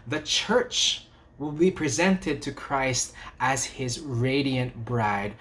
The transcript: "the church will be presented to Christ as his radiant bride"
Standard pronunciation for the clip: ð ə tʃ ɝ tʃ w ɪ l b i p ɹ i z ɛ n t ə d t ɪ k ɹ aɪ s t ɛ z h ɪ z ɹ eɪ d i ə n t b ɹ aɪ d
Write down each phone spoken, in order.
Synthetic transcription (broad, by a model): ð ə tʃ ɝ tʃ w ɪ l b i p ɹ i z ɛ n t ə d t ɪ k ɹ aɪ s t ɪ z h ɪ z ɹ eɪ d i ə n t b ɹ aɪ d